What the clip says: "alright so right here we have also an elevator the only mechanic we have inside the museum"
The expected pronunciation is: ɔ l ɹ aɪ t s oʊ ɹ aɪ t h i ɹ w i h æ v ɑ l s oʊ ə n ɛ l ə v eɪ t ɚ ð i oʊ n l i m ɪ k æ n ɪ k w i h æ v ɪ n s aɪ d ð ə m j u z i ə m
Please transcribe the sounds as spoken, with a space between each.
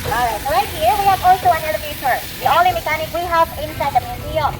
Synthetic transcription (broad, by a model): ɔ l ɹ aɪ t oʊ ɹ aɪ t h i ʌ w i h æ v ɑ l s oʊ ə n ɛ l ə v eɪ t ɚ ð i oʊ l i m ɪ k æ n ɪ k w i h æ v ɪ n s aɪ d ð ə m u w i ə